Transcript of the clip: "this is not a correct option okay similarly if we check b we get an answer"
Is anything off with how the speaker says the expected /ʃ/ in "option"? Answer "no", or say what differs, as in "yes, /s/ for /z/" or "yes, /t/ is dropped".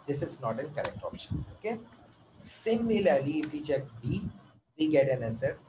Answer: no